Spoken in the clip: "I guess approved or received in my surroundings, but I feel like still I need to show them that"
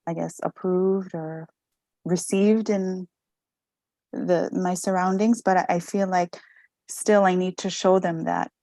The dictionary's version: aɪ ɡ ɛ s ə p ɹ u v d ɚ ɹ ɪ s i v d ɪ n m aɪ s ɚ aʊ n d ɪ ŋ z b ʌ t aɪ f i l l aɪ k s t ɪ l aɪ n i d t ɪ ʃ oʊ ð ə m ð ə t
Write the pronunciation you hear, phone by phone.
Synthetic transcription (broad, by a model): aɪ ɡ ɛ s ə p ɹ u v d ɚ ɹ ɪ s i v d ɪ n m aɪ s ɚ aʊ n d ɪ ŋ z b ʌ t aɪ f i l l aɪ k s t ɪ l aɪ n i d t ɪ ʃ oʊ ð ə m ð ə t